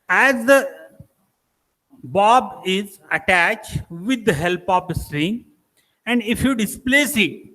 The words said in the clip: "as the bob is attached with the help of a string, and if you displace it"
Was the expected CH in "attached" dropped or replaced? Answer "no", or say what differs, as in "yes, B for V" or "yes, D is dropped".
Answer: no